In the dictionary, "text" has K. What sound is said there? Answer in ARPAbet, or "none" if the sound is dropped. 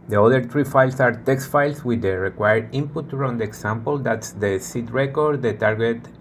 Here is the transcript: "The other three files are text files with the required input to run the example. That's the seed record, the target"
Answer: K